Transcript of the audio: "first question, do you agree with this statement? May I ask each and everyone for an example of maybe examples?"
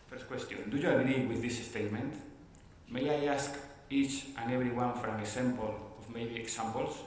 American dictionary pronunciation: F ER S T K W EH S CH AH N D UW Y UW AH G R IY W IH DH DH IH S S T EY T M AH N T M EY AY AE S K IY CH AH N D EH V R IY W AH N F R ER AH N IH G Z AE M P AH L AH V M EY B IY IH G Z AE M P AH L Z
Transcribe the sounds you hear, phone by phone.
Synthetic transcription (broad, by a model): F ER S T K W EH S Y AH N D UW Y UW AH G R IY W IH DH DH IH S S T EY T M AH N T M EY AY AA S K IY CH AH N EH B R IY W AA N F R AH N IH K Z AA M P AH L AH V M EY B IY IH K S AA M P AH L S